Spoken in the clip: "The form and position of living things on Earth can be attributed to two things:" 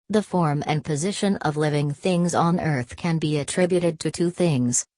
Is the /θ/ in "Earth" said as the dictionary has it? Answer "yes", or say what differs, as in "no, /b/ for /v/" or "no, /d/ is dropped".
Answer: yes